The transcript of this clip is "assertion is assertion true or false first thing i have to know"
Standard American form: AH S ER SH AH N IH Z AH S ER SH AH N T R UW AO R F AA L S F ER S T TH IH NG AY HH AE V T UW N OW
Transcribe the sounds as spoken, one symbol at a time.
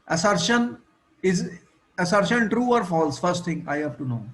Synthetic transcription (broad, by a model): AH S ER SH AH N IH Z AH S ER SH AH N T R UW AO R F AA L S F ER S T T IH NG AY HH AE V T UW N OW